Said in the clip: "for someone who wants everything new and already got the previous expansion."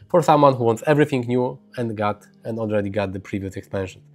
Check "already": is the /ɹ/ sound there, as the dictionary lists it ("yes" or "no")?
yes